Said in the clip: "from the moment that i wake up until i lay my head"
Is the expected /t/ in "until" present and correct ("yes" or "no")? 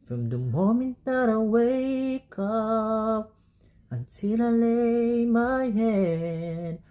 no